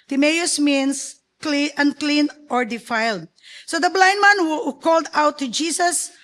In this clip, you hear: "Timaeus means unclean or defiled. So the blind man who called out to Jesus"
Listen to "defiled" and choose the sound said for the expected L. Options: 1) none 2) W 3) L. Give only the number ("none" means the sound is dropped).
3